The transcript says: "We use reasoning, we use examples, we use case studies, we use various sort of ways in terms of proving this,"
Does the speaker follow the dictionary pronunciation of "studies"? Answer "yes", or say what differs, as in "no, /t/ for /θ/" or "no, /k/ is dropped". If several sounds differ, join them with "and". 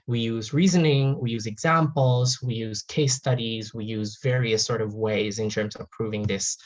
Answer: yes